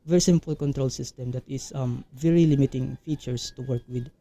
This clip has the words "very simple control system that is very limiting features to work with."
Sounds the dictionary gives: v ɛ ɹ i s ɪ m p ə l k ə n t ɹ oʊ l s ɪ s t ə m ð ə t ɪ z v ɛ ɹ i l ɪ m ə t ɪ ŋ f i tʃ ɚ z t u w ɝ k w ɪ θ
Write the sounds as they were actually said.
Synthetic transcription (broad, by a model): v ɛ ɹ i s ɪ m p ə l k ə n t ɹ oʊ l s ɪ s t ə m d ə t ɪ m v ɛ ɹ i l ɪ m ə t ɪ ŋ f i tʃ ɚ s t u w ɝ k w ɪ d